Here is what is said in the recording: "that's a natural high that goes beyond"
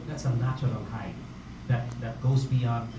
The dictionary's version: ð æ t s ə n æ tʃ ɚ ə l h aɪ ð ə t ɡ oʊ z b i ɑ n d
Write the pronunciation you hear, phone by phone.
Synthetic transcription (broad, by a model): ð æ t s ə n æ tʃ ɚ ə l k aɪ ð ə t ɡ oʊ z b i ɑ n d